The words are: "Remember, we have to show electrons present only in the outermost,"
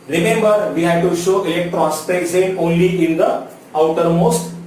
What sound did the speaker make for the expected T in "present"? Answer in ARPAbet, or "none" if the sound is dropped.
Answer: none